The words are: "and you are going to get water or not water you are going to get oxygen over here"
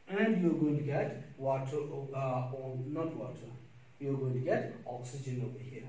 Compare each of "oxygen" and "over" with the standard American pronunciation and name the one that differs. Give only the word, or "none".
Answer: over